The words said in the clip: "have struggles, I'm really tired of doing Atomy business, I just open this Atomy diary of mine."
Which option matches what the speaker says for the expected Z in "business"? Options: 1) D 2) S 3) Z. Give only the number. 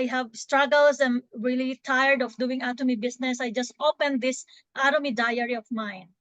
2